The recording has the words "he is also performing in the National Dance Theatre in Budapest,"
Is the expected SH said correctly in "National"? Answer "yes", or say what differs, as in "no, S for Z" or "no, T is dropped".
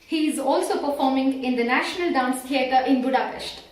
yes